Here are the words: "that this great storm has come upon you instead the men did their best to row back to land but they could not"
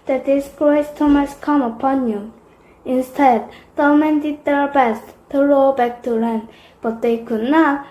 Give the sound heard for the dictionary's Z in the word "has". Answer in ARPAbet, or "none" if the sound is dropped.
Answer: S